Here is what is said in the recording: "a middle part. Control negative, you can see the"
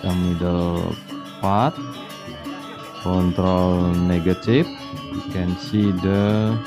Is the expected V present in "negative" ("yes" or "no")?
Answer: no